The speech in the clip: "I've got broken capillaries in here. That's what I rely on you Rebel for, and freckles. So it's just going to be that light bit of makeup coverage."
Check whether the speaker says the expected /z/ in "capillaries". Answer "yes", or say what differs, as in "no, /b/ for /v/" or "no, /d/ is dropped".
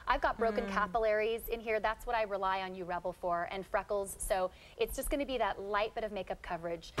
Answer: yes